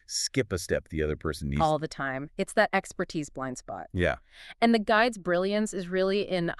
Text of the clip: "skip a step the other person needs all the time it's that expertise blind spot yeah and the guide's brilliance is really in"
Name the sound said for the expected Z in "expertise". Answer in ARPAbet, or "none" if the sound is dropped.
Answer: Z